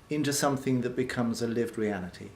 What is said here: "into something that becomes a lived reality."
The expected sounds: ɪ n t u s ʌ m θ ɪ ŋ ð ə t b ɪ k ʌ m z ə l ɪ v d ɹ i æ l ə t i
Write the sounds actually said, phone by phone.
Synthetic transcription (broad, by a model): ɪ n t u s ʌ m θ ɪ ŋ ð ə t b ɪ k ʌ m z ə l ɪ v d ɹ i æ l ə t i